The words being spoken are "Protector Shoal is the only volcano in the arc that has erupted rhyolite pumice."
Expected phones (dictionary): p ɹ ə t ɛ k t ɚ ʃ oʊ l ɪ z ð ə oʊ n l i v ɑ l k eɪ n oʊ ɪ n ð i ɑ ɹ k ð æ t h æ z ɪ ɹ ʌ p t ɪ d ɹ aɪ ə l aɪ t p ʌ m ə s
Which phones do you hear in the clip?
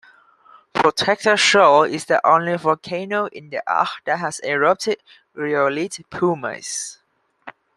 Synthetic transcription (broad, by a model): p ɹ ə t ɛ k t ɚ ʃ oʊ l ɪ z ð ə oʊ n l i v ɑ k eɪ n oʊ ɪ n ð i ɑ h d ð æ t h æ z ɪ ɹ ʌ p t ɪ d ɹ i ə l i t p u m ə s